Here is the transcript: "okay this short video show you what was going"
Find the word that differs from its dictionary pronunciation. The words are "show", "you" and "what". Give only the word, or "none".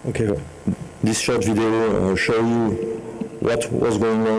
none